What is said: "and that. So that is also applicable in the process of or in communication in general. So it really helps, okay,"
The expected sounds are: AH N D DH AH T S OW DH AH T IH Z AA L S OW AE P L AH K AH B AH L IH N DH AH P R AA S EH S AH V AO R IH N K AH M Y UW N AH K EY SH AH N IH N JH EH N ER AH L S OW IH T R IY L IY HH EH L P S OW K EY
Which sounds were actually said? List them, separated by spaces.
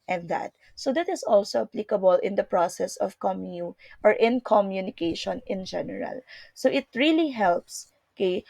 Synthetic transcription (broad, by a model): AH N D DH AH T S OW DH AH T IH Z AA L S OW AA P L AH K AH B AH L IH N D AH P R AA S EH S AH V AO R IH N K AH M Y UW N AH K EY SH AH N IH N JH EH N ER AH L S OW IH T R IY L IY HH EH L P S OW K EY